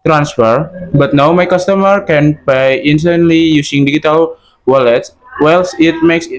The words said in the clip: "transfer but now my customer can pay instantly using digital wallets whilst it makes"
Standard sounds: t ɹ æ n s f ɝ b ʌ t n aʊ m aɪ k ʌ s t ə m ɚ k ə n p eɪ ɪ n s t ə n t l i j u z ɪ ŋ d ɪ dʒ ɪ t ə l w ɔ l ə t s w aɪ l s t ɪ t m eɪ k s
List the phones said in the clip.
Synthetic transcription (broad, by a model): t ɹ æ n s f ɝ b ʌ t n aʊ m aɪ k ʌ s t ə m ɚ k ə n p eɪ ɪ n s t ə n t l i j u s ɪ ŋ d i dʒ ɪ t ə l w ɔ l ə t s w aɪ l s ɪ t m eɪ k s